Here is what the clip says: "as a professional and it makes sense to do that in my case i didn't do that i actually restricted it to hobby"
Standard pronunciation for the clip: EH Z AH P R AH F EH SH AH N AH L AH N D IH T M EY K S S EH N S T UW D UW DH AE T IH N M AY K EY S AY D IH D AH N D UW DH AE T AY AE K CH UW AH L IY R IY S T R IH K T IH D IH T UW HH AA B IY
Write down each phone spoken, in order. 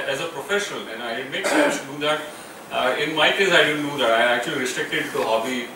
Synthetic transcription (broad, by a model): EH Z AH P R AH F EH SH AH N AH L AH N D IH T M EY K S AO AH S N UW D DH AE T IH N M AY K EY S AY D IH D AH N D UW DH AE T AY AE K CH UW AH L IY R IY S T R IH K T IH D T UW HH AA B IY